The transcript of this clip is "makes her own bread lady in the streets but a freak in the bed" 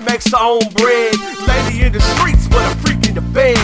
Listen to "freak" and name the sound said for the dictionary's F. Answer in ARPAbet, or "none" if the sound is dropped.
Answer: P